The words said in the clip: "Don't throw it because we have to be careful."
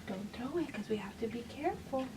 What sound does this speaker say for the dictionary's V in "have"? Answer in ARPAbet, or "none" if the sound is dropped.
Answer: F